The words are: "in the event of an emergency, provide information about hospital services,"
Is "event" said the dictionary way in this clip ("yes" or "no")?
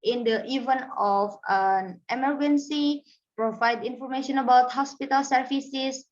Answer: no